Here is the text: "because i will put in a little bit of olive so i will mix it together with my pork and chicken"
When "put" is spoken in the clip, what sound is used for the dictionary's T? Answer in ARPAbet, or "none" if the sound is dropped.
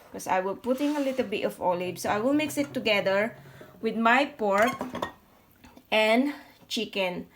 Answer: T